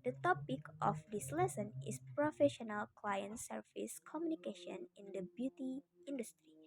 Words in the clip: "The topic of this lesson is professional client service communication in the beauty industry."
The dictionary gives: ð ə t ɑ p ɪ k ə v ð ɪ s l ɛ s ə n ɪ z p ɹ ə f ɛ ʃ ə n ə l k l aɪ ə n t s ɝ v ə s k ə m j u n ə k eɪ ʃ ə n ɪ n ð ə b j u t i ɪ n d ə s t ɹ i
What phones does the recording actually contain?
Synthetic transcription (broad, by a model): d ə t ɑ p ɪ k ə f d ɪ s l ɛ s ə n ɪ s p ɹ ə f ɛ ʃ ə n ə l k l aɪ ə n t s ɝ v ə s k ə m j u n ə k eɪ ʃ ə n ɪ n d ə b j u t i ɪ n d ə s t ɹ i